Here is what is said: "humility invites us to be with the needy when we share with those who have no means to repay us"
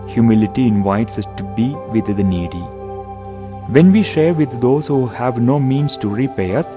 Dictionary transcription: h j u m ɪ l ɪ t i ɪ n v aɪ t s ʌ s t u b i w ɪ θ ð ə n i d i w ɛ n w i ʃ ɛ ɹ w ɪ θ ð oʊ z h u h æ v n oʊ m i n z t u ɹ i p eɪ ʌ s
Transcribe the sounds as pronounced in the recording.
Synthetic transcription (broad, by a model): h j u m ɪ l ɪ t i ɪ n v aɪ t s ʌ s t u b i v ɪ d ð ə n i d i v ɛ n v i ʃ ɛ ɹ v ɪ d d oʊ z h u h æ v n oʊ m i n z t u ɹ i p eɪ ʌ s